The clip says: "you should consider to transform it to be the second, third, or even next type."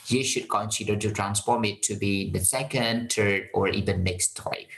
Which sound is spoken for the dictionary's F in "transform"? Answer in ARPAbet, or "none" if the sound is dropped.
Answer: P